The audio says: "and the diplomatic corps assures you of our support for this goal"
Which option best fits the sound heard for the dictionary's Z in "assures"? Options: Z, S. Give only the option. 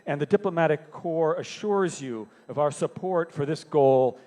Z